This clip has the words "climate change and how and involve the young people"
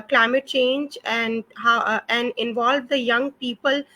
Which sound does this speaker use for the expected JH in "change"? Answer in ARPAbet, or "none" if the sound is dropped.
JH